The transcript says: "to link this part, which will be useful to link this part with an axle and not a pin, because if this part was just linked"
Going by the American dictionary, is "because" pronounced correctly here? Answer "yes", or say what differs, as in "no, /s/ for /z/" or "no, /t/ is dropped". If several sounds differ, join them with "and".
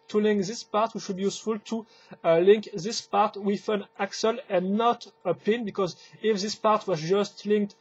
yes